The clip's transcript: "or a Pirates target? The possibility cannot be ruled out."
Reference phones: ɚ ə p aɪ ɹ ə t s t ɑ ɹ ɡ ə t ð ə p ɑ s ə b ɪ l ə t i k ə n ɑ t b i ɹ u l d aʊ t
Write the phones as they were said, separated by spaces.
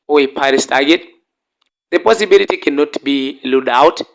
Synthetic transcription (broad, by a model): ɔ ə p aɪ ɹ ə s t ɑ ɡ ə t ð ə p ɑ s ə b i l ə t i k ə n ɑ t b i l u d aʊ t